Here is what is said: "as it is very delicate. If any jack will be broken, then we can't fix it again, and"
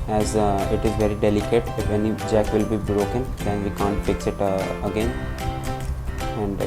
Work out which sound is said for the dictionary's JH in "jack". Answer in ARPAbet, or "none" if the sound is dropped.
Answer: JH